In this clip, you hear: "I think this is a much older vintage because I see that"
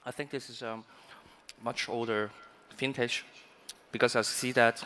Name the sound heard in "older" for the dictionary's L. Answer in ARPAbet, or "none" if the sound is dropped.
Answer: L